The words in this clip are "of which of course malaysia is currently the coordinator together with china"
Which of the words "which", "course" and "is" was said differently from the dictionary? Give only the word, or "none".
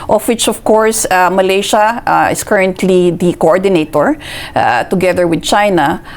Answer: is